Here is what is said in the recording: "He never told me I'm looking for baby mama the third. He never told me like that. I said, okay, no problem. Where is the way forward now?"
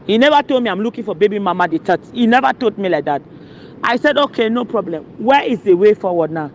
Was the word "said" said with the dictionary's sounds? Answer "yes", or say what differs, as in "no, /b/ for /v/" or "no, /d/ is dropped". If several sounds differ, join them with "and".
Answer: yes